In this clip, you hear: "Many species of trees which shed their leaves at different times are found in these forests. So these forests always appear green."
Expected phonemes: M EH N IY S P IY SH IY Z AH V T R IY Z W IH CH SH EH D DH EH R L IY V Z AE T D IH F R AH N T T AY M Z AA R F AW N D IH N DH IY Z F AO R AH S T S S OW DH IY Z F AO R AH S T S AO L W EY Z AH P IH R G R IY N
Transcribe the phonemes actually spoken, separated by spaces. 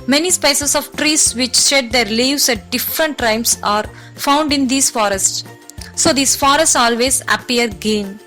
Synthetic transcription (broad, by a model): M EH N IY S P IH S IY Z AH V T R IY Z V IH CH SH EH D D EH R L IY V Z AE T D IH F R AH N T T AY M S AA R F AW N D IH N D IY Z F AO R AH S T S S OW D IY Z F AO R AH S T S AO L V EY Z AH P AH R G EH N